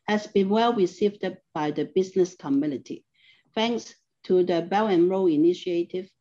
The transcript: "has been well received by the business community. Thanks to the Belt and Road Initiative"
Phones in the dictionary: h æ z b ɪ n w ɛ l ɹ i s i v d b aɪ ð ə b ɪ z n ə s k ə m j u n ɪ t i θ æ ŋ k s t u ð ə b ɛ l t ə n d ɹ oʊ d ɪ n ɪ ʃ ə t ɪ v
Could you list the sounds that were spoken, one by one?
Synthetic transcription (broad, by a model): h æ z b ɪ n w ɛ l ɹ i s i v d b aɪ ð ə b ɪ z n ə s k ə m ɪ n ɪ t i θ æ ŋ k s t u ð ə b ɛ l ə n ɹ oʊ ɪ n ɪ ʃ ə t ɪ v